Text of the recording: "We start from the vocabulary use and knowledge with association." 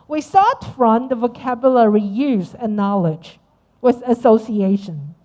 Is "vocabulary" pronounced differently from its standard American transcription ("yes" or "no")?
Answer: no